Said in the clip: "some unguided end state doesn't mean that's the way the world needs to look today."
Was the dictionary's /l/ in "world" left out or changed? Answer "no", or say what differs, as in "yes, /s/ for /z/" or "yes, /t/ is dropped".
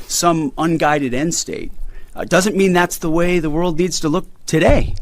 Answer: no